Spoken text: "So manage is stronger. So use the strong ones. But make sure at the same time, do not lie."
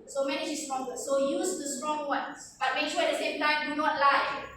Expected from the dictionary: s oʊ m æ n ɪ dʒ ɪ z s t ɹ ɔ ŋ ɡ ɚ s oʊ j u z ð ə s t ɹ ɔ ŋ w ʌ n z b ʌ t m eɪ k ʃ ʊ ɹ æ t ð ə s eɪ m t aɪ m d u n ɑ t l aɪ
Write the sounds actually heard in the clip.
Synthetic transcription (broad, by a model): s oʊ m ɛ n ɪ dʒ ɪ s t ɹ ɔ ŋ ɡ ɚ s oʊ j u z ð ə s t ɹ ɔ ŋ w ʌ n b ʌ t m eɪ k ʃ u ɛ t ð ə s eɪ m t aɪ m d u n ɑ t l aɪ